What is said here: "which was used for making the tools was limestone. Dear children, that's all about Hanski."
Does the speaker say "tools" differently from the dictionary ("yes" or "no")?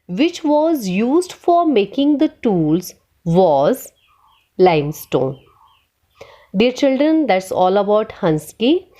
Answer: no